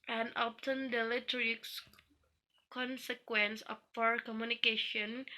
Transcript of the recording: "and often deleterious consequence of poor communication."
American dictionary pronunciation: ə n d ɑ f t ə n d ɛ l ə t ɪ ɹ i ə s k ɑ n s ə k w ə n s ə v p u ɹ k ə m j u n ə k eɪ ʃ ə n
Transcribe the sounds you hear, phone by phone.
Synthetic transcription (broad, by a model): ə n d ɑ p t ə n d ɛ l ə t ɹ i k s k ɑ n s ə k w ə n s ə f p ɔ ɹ k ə m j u n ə k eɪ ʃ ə n